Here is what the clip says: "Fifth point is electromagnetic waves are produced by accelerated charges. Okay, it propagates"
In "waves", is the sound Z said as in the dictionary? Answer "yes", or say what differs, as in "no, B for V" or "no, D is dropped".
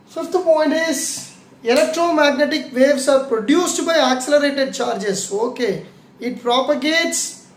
no, S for Z